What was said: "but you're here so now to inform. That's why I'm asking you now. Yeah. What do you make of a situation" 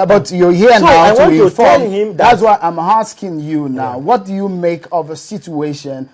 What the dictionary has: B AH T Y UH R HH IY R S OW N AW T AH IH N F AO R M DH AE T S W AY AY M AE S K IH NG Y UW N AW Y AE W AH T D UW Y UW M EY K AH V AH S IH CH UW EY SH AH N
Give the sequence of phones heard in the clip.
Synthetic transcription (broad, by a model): B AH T Y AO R HH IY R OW N AW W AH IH F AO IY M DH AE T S W AY AY M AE S K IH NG Y UW N AW W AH T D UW Y UW M EY K AH V AH S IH CH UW EY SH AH N